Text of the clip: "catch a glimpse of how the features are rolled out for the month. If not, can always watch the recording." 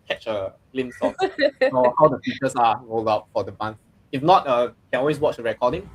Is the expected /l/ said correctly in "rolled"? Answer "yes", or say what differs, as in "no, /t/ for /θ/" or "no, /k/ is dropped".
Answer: yes